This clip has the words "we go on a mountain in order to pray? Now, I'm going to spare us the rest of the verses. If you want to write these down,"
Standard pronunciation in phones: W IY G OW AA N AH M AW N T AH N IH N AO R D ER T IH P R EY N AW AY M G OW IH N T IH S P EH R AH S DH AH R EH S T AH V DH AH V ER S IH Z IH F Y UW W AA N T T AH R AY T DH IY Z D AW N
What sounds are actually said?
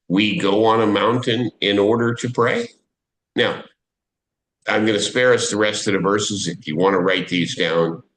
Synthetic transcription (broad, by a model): W IY G OW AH N AH M AW N T AH N IH N AO R D ER T IH P R EY N AW AY M G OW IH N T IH S P EH R AH S DH AH R EH S T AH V DH AH V ER S IH Z IH F Y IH W AA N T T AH R AY T DH IY Z D AW N